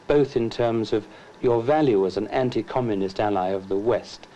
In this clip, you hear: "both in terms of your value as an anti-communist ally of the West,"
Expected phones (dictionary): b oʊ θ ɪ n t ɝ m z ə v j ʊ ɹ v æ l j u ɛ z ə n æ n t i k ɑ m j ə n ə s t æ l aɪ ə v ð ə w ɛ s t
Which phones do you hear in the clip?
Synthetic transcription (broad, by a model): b oʊ θ ɪ n t ɝ m z ə v j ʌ ɹ v æ l j u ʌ z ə n æ n t i k ɑ m j ə n ə s t æ l aɪ ə v ð ə w ɛ s t